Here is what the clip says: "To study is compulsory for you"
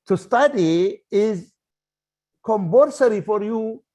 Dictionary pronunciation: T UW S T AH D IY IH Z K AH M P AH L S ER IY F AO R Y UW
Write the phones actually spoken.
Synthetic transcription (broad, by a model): T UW S T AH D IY IH Z K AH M B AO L S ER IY F AO R Y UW